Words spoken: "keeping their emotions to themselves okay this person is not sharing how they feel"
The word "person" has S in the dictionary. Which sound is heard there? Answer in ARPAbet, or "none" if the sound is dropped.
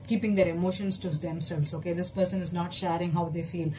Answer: S